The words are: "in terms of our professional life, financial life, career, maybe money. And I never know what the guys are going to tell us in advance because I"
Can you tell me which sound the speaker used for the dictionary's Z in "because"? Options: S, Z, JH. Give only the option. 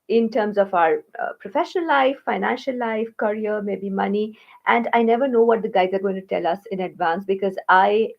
Z